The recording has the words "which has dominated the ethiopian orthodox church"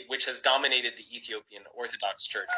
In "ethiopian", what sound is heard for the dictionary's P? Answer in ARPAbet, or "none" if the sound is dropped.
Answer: P